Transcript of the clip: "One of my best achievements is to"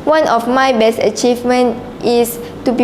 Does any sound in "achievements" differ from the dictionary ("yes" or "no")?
yes